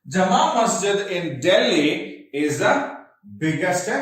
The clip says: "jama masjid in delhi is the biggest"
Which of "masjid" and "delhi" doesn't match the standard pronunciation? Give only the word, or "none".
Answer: none